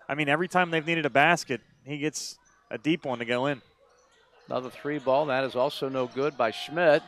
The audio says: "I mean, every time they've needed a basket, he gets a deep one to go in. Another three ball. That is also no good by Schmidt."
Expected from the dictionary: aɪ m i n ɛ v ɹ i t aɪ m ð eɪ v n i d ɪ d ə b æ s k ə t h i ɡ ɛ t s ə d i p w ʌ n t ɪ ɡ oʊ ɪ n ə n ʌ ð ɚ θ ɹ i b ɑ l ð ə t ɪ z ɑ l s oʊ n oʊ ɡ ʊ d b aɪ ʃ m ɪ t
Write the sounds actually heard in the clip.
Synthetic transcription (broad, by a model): aɪ m i n ɛ v ɹ i t aɪ m ð eɪ v n i d ɪ d ə b æ s k ə t h i ɡ ɛ t s ə d i p w ʌ n t ɪ ɡ oʊ ɪ n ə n ʌ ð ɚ θ ɹ i b ɑ l ð ə t ɪ z ɑ l s oʊ n oʊ ɡ ʊ d b aɪ ʃ m ɪ t